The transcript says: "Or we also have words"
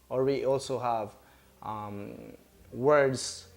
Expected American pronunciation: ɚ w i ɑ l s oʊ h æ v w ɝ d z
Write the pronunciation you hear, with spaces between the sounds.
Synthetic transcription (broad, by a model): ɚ w i ɑ l s oʊ h æ v w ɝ d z